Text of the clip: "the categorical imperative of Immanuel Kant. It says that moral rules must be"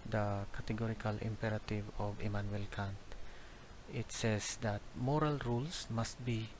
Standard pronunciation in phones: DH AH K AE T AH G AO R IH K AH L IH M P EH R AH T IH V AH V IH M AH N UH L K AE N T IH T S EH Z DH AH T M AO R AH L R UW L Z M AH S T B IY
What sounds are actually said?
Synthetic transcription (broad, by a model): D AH K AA T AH G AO R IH K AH L IH M P EH R AH T IH V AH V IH M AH N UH L K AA N T IH T S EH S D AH T M AO R AH L R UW L S M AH S T B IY